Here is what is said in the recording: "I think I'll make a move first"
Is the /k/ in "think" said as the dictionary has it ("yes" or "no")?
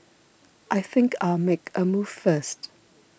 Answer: yes